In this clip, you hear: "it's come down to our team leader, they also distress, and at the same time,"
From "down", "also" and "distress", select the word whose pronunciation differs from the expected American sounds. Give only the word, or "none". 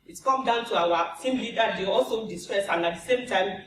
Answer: none